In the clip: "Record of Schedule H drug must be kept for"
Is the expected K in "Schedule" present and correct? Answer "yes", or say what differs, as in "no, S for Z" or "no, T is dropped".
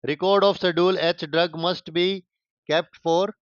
no, K is dropped